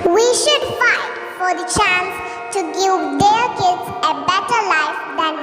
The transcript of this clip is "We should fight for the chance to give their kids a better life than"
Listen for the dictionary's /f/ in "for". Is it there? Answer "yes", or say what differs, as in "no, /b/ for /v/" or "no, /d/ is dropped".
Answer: yes